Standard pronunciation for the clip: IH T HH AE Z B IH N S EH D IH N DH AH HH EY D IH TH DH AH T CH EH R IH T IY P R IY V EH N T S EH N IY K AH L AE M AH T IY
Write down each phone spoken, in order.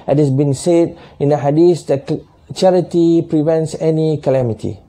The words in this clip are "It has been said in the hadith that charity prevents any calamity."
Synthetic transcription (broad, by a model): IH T HH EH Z B IH N S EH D IH N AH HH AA D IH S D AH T CH EH R IH T IY P R IY V EH N T S EH N IY K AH L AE M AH T IY